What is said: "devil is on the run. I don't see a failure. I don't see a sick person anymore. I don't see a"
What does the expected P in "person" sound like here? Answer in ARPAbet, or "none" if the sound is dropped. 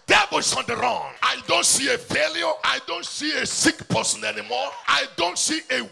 P